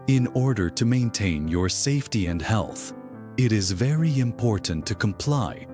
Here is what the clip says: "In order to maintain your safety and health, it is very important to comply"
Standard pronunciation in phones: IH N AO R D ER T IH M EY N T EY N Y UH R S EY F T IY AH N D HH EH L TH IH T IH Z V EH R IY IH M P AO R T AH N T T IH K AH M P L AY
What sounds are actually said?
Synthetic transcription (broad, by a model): IH N AO R D ER T IH M EY N T EY N Y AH R S EY F T IY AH N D HH EH L TH IH T IH Z V EH R IY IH M P AO R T N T T IH K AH M P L AY